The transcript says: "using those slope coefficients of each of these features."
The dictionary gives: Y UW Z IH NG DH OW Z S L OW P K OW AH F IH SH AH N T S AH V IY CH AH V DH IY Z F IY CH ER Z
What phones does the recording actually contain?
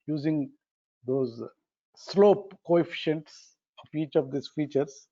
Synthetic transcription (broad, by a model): Y UW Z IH NG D OW Z S L OW P K OW AH F IH SH AH N T S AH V IY CH AH V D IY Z F IY CH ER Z